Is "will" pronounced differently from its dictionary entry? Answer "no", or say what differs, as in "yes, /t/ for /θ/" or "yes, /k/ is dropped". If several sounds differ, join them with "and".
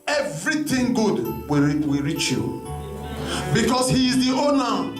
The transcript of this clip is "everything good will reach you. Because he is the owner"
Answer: yes, /w/ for /l/